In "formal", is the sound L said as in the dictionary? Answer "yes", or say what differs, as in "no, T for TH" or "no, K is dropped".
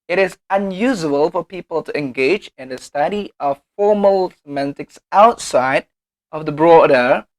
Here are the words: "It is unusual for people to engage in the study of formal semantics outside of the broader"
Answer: yes